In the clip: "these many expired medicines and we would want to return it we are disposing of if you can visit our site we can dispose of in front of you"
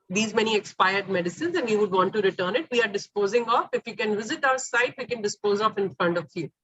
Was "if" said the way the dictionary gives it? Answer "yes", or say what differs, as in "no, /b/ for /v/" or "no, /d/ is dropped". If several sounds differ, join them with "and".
yes